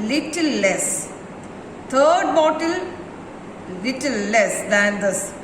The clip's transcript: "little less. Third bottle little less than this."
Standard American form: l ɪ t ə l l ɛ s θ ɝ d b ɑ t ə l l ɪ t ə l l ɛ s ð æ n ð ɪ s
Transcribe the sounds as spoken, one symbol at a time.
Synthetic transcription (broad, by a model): l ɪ t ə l l ɛ s t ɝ d b ɑ t ə l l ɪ t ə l l ɛ s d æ n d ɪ s